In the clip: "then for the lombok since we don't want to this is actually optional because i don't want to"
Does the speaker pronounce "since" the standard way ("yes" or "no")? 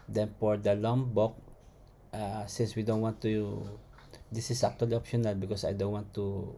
yes